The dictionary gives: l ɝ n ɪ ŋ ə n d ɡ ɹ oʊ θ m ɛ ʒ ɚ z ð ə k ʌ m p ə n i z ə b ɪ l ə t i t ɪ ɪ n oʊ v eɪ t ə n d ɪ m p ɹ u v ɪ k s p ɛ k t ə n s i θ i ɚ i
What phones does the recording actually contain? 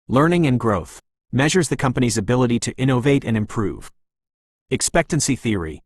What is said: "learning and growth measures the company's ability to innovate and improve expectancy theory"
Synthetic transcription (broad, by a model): l ɝ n ɪ ŋ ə n ɡ ɹ oʊ θ m ɛ ʒ ɚ z ð ə k ʌ m p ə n i z ə b ɪ l ə t i t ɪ ɪ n oʊ v eɪ t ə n ɪ m p ɹ u v ɪ k s p ɛ k t ə n s i θ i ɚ i